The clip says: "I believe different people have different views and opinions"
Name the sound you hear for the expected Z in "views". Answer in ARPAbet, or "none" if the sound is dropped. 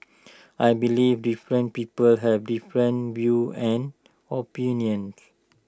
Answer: none